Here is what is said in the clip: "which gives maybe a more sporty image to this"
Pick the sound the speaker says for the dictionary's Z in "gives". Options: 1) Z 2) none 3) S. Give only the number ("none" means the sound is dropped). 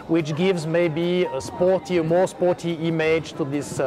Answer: 1